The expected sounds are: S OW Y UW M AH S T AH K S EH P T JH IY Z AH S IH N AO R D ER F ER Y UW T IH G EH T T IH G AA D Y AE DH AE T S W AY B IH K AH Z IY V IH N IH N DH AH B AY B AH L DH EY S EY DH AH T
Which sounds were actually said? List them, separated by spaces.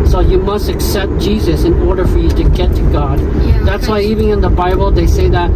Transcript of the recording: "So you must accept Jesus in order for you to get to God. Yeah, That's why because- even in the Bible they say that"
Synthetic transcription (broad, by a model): S OW Y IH M AH S T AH K S EH P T JH IY Z AH S IH N AO R D ER F ER Y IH T IH G EH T T IH G AA D DH AE T S W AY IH AH IY V IH N IH N DH AH B AY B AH L DH EY S EY DH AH T